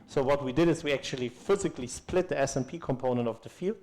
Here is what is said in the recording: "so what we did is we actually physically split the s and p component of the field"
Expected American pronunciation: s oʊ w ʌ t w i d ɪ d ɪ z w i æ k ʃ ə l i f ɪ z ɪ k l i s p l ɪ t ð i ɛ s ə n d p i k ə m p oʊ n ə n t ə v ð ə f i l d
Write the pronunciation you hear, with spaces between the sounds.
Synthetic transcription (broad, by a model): s oʊ w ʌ t w i d ɪ d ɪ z w i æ k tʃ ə l i f ɪ z ɪ k l i s p l ɪ t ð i ɛ s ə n p i k ə m p oʊ n ə n t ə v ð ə f i l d